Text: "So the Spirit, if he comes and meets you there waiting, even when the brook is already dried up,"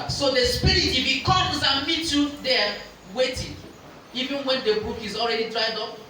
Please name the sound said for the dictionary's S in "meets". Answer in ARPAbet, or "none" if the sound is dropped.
none